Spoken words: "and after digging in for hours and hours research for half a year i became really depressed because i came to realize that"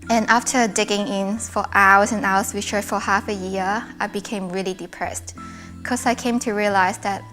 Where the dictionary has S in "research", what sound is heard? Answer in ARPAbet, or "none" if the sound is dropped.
SH